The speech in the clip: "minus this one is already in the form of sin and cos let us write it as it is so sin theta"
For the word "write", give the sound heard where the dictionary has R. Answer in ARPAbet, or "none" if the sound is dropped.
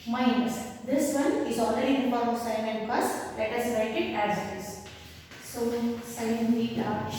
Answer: L